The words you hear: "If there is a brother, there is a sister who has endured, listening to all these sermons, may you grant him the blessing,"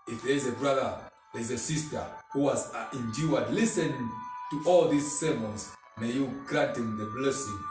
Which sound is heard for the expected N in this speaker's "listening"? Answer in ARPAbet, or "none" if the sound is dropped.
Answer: none